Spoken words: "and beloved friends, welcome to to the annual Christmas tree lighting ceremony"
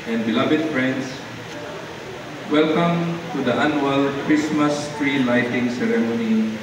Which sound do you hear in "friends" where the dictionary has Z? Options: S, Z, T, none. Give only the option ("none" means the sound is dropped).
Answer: S